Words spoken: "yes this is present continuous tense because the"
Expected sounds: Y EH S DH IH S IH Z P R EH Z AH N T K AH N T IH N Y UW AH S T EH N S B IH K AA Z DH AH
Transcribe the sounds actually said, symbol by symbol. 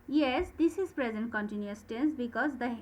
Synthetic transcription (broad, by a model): Y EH S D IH S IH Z P R EH Z AH N T K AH N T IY N Y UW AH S T EH N S B IH K AA Z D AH